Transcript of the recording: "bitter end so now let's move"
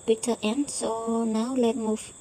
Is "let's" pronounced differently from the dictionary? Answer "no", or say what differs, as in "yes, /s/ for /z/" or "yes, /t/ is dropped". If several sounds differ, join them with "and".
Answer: yes, /s/ is dropped